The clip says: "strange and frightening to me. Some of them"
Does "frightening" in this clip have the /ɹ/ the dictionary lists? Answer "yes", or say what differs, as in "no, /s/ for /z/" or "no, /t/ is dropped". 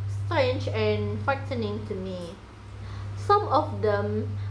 no, /ɹ/ is dropped